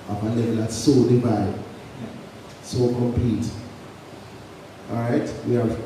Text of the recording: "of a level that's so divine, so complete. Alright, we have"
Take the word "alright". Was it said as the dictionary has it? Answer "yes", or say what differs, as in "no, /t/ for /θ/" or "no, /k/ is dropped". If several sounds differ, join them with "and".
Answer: no, /l/ is dropped